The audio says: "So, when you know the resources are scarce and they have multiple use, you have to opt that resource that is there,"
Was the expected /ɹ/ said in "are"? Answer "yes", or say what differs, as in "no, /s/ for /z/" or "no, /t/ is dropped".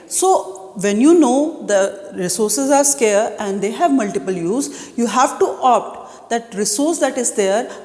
yes